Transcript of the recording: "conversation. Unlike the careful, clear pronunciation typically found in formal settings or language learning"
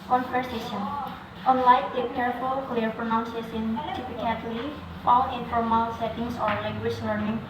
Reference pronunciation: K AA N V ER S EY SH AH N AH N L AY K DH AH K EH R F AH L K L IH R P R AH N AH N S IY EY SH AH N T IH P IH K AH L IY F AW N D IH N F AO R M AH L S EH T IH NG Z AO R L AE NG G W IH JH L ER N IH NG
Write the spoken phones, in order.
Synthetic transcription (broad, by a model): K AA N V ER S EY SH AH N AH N L AY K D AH K EH R F AH L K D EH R P R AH N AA N S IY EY S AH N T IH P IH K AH L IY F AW N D IH N F AO R M AH L S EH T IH NG S AO R L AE NG G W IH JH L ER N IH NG